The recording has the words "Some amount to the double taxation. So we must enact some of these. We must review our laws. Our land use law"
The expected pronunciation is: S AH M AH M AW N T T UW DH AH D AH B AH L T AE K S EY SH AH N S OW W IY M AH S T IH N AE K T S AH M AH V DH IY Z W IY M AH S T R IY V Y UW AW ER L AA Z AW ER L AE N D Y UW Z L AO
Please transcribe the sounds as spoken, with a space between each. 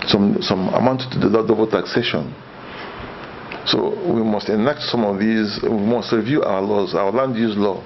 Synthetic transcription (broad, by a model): S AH M AH M AW N T T UW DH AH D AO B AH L T AE K S EY SH AH N S OW W IY M AH S T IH N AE K T S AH M AH V DH IY Z W IY M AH S T R IY V Y UW AW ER L AA Z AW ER L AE N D Y UW Z L AO